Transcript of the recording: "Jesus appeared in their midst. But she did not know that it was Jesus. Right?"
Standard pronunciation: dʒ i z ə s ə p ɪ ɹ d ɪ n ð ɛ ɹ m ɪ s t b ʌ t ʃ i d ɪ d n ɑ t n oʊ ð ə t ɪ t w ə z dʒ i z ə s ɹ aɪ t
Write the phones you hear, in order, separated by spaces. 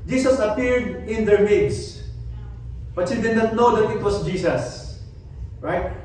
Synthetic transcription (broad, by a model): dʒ i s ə s ə p ɪ ɹ d ɪ n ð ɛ ɹ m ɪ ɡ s b ʌ t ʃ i d ɪ d n ɑ t n oʊ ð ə t ɪ t w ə s dʒ i s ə s ɹ aɪ t